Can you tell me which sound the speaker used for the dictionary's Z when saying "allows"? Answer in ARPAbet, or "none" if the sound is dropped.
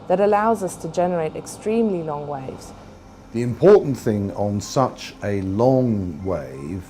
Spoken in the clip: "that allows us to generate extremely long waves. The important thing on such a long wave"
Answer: Z